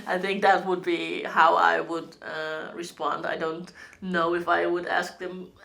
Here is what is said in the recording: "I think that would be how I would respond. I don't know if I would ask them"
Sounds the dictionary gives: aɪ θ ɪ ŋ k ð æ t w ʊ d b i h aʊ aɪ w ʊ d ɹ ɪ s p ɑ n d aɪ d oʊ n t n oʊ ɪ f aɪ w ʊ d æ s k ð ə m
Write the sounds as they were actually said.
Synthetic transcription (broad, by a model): aɪ θ ɪ ŋ k ð æ t w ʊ d b i h aʊ aɪ w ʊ d ɹ ɪ s p ɑ n d aɪ d oʊ n t n oʊ ɪ f aɪ w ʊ d æ s k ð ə m